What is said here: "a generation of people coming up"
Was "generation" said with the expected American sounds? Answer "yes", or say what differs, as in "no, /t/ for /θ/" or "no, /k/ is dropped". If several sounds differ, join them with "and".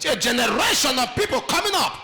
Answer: yes